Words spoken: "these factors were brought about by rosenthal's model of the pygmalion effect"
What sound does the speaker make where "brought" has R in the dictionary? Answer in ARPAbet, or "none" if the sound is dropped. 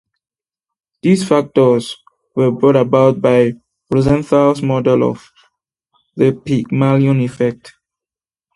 R